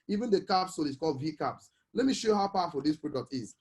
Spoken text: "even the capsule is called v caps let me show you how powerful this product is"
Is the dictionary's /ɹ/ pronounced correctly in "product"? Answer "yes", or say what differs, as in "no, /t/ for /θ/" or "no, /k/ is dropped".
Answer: yes